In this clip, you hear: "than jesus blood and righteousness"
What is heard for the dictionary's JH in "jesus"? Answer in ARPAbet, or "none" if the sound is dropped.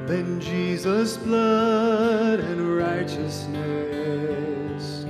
JH